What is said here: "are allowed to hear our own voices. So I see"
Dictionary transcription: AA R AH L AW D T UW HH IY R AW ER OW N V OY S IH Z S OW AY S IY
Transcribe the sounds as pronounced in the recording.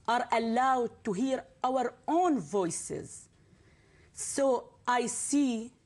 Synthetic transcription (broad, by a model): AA R AH L AW D T UW HH IY R AW ER OW N V OY S IH Z S OW AY S IY